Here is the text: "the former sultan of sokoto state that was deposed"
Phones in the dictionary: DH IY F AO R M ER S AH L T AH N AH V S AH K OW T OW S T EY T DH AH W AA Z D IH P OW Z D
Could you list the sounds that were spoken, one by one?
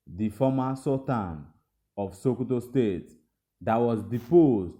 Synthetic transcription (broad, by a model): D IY F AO M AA S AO T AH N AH F S AH K OW T OW S T EY T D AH W AA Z D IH P OW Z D